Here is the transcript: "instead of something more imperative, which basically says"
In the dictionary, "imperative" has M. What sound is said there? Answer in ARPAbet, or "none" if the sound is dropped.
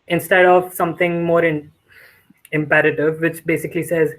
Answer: M